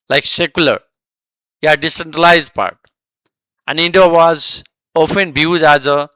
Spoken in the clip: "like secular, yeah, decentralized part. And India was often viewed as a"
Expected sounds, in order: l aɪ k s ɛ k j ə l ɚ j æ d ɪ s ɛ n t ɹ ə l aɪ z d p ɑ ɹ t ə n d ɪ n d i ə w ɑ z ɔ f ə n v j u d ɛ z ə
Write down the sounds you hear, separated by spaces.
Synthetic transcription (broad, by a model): l aɪ k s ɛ k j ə l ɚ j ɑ d ɪ s ɛ n t ɹ ə l aɪ z d p ɑ ɹ t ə n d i n d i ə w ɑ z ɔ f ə n b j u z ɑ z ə